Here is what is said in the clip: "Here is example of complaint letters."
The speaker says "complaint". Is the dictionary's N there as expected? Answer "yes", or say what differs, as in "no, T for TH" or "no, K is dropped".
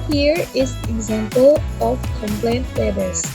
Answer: yes